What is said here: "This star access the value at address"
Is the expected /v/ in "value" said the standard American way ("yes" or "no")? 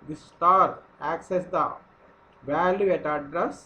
yes